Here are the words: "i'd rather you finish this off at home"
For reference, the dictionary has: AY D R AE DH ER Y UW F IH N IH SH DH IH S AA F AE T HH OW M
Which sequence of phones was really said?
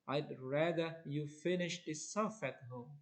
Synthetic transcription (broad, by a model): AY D R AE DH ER Y UW F IH N IH SH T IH S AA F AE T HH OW M